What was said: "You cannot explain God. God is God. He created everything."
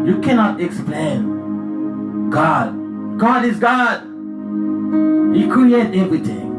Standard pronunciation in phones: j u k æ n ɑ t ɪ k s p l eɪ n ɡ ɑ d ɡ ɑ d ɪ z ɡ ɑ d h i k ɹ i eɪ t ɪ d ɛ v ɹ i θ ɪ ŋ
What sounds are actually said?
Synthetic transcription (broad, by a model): j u k æ n ɑ t ɪ k s p l eɪ n ɡ ɑ d ɡ ɑ d ɪ z ɡ ɑ d h i k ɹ i eɪ ɪ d ɛ v ɹ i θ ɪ ŋ